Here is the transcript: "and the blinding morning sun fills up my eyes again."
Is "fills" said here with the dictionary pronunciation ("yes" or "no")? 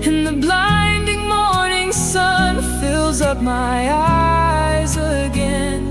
yes